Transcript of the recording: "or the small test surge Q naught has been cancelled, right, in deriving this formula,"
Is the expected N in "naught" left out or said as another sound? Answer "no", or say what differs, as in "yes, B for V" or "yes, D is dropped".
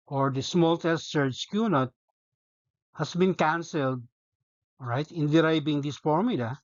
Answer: no